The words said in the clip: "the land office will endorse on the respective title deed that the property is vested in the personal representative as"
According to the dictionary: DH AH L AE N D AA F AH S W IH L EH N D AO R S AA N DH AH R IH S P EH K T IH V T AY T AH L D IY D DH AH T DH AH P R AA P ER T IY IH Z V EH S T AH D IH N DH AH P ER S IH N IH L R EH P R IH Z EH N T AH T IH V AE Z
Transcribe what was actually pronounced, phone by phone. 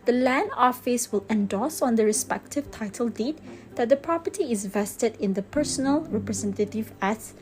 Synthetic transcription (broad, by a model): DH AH L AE N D AA F AH S W IH L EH N D AO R S AA N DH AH R IH S P EH K T IH V T AY T AH L D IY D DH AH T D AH P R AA P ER T IY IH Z V EH S T AH D IH N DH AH P ER S IH N IH L R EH P R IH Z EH N T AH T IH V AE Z